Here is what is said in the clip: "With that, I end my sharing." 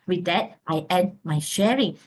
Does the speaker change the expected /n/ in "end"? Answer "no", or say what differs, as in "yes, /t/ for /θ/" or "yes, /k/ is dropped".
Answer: yes, /n/ is dropped